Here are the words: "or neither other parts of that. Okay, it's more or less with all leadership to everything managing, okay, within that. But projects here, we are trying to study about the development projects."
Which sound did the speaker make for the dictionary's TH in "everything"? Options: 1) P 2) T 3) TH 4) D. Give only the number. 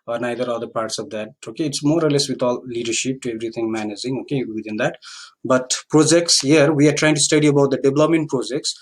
2